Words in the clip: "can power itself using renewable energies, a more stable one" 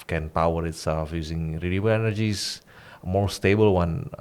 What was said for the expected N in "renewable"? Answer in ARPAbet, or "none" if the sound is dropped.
L